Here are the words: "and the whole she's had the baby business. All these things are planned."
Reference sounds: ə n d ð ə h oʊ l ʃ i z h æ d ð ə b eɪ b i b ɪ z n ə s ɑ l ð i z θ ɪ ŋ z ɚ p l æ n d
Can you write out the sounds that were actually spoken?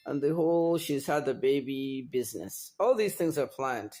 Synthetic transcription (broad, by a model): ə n ð ə h oʊ l ʃ i z h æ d ð ə b eɪ b i b ɪ z n ə s ɑ l ð i z θ ɪ ŋ z ɚ p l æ n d